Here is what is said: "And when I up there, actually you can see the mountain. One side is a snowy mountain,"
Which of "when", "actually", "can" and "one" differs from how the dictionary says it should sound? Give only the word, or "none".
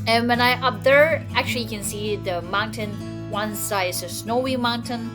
actually